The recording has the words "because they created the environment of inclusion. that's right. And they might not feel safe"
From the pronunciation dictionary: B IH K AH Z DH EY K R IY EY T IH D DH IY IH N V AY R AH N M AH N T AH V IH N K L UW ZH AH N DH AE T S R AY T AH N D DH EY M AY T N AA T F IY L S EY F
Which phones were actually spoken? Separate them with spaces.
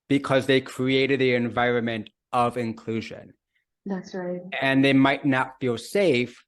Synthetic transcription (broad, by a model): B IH K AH Z DH EY K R IY EY T IH D DH IY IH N V AY R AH N M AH N T AH V IH N K L UW ZH AH N DH AE T S R AY T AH N DH EY M AY T N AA T F IY L S EY F